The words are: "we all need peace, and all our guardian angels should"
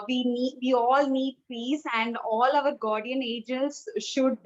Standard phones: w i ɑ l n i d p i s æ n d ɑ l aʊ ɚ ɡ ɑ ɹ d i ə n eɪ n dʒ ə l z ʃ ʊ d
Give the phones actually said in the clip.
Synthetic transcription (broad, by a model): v i ɑ l n i d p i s æ n d ɑ l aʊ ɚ ɡ ɑ ɹ d i ə n eɪ dʒ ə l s ʃ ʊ d